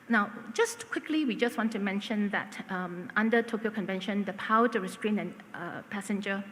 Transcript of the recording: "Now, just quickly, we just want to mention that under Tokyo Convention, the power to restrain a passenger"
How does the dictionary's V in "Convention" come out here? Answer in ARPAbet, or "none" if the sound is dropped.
V